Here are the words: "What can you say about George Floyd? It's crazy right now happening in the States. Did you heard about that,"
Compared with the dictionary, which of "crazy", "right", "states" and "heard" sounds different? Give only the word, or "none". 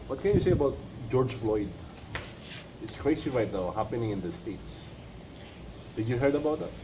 crazy